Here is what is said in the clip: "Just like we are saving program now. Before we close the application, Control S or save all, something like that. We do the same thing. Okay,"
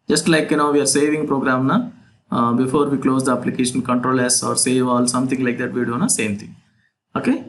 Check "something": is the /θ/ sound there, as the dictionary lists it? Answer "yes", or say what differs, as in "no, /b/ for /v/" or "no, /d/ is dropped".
no, /t/ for /θ/